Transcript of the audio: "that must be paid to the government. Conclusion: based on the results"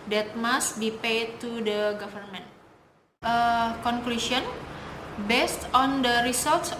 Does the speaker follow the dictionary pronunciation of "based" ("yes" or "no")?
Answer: yes